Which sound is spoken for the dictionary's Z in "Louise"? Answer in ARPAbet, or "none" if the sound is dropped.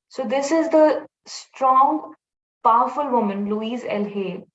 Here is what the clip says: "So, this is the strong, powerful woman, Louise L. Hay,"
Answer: Z